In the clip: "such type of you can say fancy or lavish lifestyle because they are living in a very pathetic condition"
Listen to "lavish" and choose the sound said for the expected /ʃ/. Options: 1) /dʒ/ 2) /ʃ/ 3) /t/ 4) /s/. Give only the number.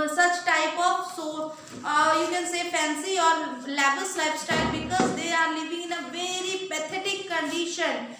4